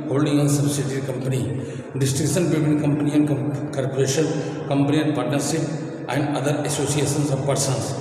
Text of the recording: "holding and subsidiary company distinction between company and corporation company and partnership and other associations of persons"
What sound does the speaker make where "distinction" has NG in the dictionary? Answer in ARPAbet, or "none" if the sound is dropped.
none